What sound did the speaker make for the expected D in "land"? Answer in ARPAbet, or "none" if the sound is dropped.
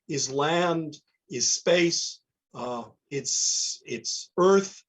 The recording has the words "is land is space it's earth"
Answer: D